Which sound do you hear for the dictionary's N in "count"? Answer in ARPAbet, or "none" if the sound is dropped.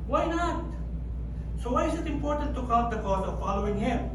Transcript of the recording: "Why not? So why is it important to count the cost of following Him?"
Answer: none